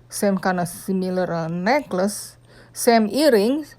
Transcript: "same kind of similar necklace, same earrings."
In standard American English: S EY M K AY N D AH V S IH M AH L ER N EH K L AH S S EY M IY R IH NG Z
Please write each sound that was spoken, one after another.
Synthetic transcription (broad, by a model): S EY M K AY N AH S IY M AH L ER N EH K L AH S S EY M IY R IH NG